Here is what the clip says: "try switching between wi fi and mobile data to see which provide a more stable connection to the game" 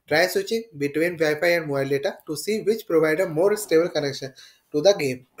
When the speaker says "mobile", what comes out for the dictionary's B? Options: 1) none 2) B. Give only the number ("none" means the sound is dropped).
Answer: 1